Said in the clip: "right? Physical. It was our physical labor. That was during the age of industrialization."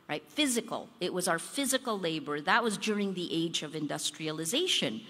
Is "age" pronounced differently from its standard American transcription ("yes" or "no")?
no